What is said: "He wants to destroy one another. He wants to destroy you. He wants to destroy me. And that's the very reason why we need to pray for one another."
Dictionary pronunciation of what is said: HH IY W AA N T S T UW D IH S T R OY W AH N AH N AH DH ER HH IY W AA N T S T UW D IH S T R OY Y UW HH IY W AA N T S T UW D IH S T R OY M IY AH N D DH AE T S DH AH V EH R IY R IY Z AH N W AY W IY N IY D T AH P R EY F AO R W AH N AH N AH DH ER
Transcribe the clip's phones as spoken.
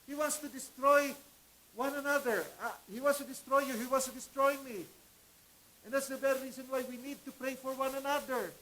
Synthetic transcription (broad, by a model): HH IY W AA N S T UW D IH S T R OY W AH N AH N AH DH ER HH IY W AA N S T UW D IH S T R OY Y UW HH IY W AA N S T UW D IH S T R OY M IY AH N D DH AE T S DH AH B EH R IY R IY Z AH N W AY W IY N IY D T AH P R EY F AO R W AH N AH N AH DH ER